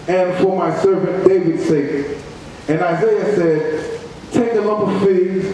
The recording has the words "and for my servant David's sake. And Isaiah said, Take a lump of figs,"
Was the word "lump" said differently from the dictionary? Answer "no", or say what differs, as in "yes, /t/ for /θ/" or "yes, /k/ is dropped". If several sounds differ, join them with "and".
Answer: yes, /m/ is dropped